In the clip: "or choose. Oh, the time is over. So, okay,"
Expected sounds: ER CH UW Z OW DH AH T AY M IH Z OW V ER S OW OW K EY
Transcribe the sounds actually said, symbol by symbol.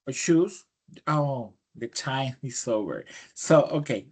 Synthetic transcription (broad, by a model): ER SH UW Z OW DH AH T AY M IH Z OW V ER S OW OW K EY